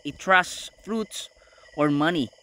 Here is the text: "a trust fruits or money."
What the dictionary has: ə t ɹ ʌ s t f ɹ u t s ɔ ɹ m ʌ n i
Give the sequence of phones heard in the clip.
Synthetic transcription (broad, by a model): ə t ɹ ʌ s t f ɹ u t s ɔ ɹ m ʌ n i